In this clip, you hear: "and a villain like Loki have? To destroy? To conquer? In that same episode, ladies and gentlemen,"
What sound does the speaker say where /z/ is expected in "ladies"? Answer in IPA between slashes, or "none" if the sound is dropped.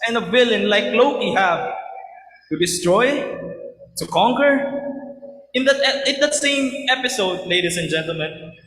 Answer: /s/